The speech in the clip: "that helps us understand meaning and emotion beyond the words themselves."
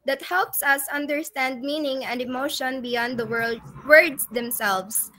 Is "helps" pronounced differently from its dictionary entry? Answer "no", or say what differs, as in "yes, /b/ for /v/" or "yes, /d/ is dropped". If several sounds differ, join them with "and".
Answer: no